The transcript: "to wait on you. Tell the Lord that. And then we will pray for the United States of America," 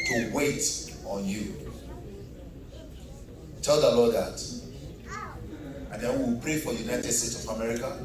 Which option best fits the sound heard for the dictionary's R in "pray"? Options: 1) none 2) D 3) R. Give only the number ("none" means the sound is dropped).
3